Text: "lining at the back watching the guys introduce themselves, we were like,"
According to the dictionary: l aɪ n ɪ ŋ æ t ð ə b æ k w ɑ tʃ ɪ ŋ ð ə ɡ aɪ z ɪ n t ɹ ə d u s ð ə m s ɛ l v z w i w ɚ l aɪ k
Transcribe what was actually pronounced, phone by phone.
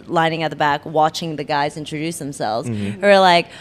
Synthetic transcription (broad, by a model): l aɪ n ɪ ŋ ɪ t ð ə b æ k w ɑ tʃ ɪ ŋ ð ə ɡ aɪ z ɪ n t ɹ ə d u s ð ə m s ɛ l v z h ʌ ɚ l aɪ k